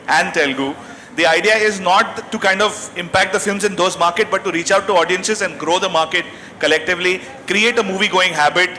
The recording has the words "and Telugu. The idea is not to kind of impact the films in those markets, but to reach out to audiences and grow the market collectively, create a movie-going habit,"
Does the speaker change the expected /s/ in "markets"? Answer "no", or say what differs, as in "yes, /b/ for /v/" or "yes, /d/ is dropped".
yes, /s/ is dropped